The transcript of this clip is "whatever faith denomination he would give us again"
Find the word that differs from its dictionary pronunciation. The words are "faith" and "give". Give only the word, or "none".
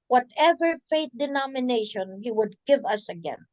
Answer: faith